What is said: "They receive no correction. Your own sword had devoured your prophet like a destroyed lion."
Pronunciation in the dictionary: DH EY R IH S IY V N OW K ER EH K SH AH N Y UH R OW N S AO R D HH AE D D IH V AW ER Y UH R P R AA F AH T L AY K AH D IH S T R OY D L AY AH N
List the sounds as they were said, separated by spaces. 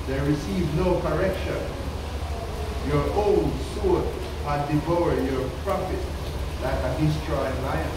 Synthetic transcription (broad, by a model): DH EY R IH S IY V N OW K ER EH K SH AH N Y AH R OW L S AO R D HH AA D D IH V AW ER Y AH R P R AA F AH T L AY K AH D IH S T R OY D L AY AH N